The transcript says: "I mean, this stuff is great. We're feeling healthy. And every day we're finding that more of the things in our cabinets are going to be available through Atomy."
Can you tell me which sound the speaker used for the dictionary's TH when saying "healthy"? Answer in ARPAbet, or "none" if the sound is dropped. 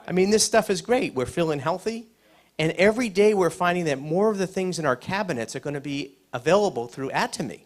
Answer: TH